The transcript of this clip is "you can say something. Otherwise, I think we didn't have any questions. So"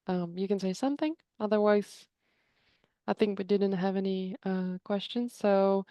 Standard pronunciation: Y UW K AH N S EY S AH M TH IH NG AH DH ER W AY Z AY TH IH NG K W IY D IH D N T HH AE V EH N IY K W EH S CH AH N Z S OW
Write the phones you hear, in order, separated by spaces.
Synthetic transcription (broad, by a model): Y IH K AH N S EY S AH M TH IH NG AH DH ER W AY Z AY TH IH NG K W IY D IH D N T HH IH V EH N IY K W EH S CH AH N Z S OW